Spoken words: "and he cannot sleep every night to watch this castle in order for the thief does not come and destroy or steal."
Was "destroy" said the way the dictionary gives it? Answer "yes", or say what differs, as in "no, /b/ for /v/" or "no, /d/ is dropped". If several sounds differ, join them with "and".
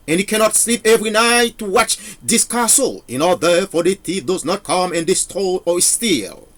no, /ɹ/ is dropped